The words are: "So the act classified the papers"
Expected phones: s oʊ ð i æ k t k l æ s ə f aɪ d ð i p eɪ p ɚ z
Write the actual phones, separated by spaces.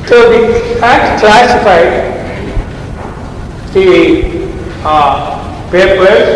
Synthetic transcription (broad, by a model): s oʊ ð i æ t k l æ s ə f aɪ d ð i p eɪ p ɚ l